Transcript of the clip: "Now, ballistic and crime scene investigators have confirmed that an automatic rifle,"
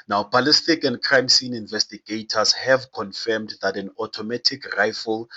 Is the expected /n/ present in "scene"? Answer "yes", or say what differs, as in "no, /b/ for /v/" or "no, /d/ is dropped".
yes